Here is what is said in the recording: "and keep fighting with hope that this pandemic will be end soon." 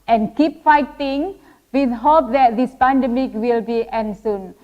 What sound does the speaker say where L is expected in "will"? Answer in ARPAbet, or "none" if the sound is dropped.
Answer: L